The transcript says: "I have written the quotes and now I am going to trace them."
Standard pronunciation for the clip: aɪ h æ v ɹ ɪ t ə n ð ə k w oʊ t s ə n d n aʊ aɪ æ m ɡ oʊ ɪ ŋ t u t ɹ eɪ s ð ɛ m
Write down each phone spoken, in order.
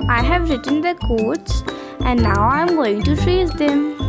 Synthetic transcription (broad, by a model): aɪ h æ v ɹ ɪ t ə n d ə k oʊ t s ə n d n aʊ aɪ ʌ m ɡ oʊ ɪ ŋ t u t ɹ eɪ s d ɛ m